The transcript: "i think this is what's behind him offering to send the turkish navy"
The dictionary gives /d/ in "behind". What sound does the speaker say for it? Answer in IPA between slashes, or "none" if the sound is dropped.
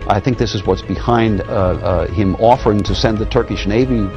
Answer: /d/